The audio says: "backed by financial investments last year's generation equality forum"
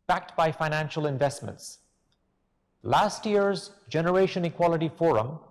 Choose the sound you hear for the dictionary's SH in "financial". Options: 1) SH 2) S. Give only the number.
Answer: 1